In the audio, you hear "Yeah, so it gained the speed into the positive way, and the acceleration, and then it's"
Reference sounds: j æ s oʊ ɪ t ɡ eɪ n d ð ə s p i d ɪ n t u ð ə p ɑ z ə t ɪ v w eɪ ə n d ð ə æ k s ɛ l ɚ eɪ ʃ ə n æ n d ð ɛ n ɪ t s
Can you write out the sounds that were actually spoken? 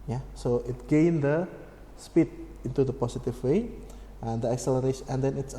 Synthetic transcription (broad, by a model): j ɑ s oʊ ɪ t ɡ eɪ n d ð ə s p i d ɪ n t u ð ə p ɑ s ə t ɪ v w eɪ ə n d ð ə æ k s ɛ l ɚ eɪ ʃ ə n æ n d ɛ n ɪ t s